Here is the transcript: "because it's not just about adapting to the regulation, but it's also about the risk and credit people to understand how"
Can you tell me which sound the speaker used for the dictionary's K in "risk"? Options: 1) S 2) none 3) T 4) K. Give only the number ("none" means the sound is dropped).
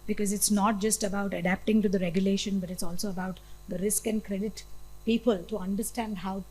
4